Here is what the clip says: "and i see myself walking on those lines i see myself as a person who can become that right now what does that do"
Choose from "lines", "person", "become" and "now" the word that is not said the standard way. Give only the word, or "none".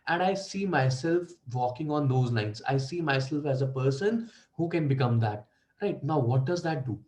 lines